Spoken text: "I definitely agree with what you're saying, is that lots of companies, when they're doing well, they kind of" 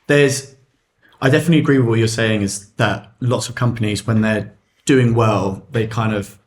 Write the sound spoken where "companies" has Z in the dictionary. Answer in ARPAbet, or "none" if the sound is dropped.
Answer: Z